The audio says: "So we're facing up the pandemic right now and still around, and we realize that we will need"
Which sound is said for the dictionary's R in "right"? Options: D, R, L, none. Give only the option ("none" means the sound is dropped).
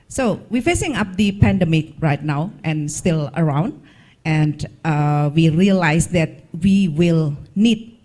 R